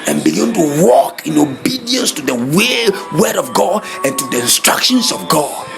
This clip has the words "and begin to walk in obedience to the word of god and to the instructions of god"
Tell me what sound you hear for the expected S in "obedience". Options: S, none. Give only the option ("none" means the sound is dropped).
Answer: S